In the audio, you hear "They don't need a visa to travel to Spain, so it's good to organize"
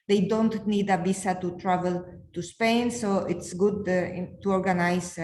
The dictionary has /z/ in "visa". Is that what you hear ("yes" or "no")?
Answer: no